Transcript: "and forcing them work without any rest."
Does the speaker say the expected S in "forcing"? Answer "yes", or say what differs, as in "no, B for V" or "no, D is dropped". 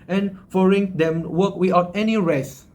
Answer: no, S is dropped